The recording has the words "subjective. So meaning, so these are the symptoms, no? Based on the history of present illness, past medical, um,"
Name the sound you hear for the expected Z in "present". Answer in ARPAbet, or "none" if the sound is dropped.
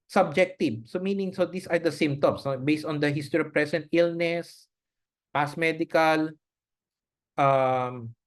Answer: S